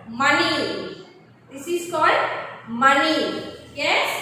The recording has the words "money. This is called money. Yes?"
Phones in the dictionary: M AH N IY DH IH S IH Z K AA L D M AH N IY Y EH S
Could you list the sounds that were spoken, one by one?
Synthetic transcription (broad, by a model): M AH N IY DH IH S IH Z K AA L D M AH N IY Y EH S